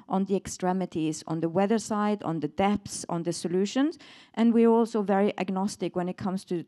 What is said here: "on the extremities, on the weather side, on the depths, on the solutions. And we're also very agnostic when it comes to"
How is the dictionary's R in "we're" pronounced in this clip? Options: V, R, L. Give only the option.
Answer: R